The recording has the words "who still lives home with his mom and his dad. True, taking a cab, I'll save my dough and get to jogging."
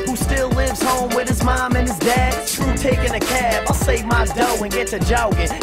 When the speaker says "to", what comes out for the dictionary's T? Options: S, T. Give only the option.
S